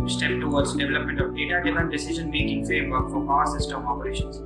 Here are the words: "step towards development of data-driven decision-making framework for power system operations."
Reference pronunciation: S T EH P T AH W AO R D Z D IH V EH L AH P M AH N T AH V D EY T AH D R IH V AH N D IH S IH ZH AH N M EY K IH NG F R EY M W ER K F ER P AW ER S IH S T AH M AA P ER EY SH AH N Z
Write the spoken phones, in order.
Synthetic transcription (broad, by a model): S T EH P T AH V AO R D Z D IH V EH L AH P M AH N T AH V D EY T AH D IH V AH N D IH S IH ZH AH N M EY K IH NG F R EY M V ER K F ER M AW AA S IH S T AH M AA P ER EY SH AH N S